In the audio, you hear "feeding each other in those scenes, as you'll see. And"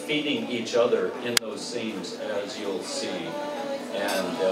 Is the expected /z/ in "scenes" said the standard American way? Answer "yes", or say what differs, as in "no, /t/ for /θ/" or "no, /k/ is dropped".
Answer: yes